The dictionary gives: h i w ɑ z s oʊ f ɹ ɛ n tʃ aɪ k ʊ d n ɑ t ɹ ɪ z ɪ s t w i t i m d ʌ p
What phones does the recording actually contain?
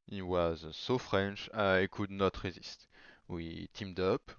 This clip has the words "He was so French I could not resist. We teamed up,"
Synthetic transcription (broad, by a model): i w ɑ z s oʊ f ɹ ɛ n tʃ aɪ k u d n ɑ t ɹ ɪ z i s t w i t i m d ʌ p